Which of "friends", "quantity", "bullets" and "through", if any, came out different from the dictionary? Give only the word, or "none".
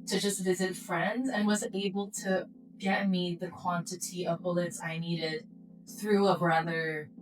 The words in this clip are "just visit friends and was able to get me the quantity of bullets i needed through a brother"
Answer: none